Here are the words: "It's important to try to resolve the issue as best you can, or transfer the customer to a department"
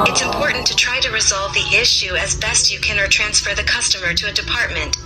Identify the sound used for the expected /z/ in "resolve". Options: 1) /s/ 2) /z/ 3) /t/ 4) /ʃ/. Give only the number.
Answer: 2